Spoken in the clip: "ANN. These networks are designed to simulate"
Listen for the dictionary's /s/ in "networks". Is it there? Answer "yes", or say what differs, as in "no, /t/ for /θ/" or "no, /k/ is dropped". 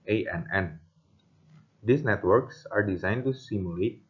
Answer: yes